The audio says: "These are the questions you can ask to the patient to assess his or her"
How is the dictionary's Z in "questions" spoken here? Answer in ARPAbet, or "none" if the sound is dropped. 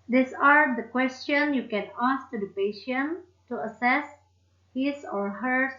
none